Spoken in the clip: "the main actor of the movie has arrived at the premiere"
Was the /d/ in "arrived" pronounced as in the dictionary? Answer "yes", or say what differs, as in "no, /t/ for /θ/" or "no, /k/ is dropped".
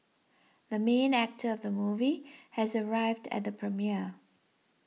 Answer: yes